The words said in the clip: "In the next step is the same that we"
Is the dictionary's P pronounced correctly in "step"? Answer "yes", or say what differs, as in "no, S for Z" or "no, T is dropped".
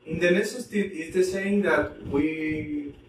no, P is dropped